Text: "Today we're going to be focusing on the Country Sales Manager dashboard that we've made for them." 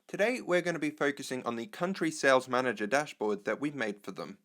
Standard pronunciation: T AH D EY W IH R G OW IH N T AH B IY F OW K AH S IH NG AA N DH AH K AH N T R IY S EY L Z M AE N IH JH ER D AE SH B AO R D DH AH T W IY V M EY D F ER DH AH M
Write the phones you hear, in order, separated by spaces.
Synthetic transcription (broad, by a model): T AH D EY W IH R G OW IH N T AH B IY F OW K AH S IH NG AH N DH AH K AH N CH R IY S EY L Z M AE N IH JH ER D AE SH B AO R D DH AH T W IY V M EY D F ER DH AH M